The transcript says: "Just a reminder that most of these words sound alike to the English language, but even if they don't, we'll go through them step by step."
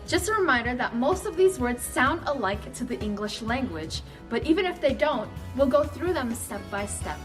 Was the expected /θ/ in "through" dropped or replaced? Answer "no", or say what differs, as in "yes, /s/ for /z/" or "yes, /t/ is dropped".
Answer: no